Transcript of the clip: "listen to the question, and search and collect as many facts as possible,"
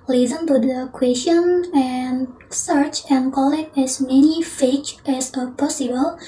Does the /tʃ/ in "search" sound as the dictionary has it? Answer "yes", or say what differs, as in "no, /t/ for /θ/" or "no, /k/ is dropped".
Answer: yes